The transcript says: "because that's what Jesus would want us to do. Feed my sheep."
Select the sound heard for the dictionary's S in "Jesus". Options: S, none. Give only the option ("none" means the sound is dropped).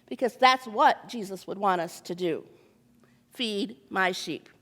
S